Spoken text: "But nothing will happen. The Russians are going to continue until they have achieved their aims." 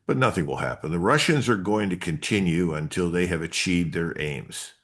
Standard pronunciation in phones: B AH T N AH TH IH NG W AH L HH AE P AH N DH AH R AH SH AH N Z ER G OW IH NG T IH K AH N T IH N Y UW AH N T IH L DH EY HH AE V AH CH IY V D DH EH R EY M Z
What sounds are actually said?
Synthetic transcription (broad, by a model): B AH T N AH TH IH NG W AH L HH AE P AH N DH AH R AH SH AH N Z ER G OW IH NG T IH K AH N T IH N Y UW AH N T IH L DH EY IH V AH CH IY V D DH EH R EY M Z